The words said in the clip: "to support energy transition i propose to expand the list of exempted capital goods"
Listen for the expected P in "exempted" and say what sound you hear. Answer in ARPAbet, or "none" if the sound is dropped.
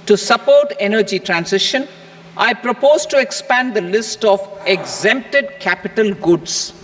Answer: P